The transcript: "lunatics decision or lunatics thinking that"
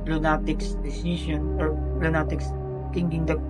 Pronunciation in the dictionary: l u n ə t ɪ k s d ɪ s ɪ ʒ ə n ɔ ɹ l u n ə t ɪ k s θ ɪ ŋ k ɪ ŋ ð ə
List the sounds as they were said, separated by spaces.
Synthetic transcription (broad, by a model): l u n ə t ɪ k s d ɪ s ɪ ʃ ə n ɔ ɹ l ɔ n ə t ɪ k s t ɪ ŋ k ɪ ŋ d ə